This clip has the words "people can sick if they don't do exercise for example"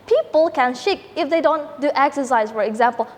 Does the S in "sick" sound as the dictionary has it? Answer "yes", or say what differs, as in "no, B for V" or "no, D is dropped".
no, SH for S